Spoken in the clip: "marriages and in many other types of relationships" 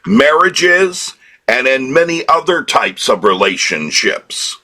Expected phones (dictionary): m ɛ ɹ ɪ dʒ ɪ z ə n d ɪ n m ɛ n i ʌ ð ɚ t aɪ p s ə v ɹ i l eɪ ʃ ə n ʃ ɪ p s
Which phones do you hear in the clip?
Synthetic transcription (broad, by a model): m ɛ ɹ ɪ dʒ ɪ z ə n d ɪ n m ɛ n i ʌ ð ɚ t aɪ p s ə v ɹ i l eɪ ʃ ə n ʃ ɪ p s